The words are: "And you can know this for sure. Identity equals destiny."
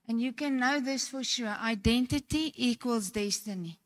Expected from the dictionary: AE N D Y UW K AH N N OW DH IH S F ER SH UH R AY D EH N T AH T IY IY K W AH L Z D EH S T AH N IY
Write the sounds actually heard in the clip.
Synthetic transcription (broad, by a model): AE N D Y UW K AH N N OW DH IH S F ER SH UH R AY D EH N T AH T IY IY K W AH L Z D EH S T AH N IY